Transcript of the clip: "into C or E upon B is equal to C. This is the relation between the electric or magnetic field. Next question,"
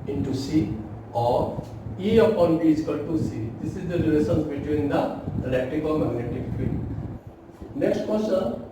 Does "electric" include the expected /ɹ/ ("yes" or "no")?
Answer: no